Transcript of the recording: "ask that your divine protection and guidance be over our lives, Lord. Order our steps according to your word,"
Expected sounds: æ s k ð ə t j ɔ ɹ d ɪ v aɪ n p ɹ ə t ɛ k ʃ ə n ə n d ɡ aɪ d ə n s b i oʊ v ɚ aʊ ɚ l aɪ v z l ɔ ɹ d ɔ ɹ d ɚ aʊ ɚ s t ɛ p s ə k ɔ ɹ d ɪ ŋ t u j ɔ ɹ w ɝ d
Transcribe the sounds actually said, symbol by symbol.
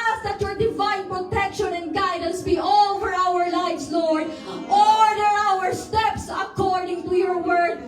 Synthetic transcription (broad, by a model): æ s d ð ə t j ɔ ɹ d ɪ v aɪ n p ɹ ə t ɛ k ʃ ə n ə n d ɡ aɪ d ə n s b i oʊ v ɚ aʊ ɚ l aɪ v s l ɔ ɹ d ɔ ɹ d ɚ aʊ ɚ s t ɛ p s ə k ɔ ɹ d ɪ ŋ t u j ɔ ɹ w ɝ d